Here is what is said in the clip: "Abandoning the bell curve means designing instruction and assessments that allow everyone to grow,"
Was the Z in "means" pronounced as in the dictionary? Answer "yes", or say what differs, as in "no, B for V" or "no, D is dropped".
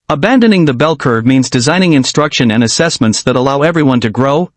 yes